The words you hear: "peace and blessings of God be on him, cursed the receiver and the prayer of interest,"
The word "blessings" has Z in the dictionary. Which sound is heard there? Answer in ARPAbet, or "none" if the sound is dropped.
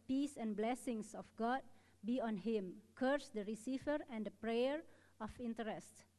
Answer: S